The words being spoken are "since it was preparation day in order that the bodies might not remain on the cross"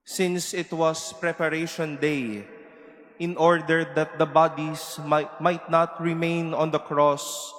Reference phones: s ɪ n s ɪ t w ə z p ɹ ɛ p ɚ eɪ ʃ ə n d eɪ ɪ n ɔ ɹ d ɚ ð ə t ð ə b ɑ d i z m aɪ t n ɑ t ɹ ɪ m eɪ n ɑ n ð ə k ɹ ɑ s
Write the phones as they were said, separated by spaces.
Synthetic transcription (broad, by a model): s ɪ n s ɪ t w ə s p ɹ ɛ p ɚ eɪ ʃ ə n d eɪ ɪ n ɔ ɹ d ɚ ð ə t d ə b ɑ d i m m aɪ t n ɑ t ɹ ɪ m eɪ n ɑ n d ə k ɹ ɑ s